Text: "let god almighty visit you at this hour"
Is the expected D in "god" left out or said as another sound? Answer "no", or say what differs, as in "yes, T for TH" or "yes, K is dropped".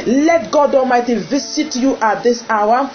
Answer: no